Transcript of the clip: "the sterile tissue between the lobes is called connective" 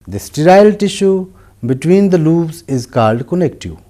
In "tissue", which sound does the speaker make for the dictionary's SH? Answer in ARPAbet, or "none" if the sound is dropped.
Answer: SH